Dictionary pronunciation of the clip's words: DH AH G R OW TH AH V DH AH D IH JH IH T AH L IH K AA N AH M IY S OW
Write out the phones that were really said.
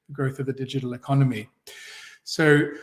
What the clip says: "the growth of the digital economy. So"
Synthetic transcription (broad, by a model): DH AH G R OW TH AH V DH AH D IH JH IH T L IH K AA N AH M IY S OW